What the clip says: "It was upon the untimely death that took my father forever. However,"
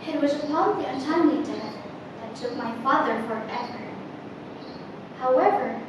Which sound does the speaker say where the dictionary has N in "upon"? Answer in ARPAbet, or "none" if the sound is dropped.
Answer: L